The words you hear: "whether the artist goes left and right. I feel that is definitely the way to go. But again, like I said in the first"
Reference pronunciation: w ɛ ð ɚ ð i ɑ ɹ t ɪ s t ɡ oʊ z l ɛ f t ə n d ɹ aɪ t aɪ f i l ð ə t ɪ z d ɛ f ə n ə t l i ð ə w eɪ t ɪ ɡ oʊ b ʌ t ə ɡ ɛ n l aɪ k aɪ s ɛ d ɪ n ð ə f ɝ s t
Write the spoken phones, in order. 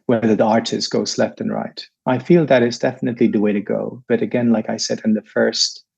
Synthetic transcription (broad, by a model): w ɛ ð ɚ ð i ɑ ɹ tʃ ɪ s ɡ oʊ s l ɛ f t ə n ɹ aɪ t aɪ f i l ð ə t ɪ s d ɛ f ə n ə t l i ð ə w eɪ t ɪ ɡ oʊ b ʌ t ə ɡ ɛ n l aɪ k aɪ s ɛ d ɪ n ð ə f ɝ s t